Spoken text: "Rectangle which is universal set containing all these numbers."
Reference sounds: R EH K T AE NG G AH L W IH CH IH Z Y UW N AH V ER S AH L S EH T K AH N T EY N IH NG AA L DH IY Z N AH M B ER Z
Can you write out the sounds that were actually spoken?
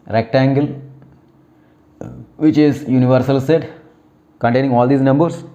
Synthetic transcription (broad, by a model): R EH K T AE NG G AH L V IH CH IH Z Y UW N AH V ER S AH L S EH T K AH N T EY N IH NG AA L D IY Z N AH M B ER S